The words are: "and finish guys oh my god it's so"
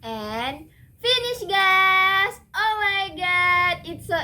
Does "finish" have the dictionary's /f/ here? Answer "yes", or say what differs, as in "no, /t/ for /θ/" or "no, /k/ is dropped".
yes